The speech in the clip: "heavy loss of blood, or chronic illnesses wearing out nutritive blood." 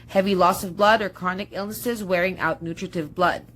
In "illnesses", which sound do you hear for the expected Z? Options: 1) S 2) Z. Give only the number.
2